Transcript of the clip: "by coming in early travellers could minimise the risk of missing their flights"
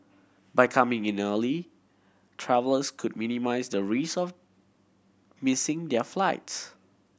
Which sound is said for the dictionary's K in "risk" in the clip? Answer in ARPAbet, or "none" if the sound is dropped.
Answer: none